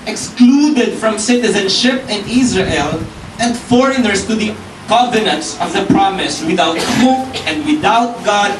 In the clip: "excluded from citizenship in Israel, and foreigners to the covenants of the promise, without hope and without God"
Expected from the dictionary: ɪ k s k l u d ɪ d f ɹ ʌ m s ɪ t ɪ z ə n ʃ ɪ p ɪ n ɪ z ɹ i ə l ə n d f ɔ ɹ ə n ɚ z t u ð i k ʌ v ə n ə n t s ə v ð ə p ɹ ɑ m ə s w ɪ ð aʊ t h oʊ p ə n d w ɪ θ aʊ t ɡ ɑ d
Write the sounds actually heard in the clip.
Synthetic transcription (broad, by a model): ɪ k s k l u d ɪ d f ɹ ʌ m s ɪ t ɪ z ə n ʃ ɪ p ɪ n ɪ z ɹ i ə l ə n d f ɔ ɹ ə n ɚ s t u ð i k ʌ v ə n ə n t s ə v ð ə p ɹ ɑ m ə s w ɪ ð aʊ t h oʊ ə n d w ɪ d aʊ t ɡ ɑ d